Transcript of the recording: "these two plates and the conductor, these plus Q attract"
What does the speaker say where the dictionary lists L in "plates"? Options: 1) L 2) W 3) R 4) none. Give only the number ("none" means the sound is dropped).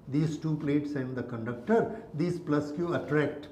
1